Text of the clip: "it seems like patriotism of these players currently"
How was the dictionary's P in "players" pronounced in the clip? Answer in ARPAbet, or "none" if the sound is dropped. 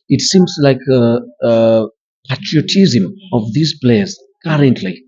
B